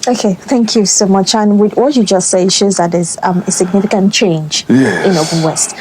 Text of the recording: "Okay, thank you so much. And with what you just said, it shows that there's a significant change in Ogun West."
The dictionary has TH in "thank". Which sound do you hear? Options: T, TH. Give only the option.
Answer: TH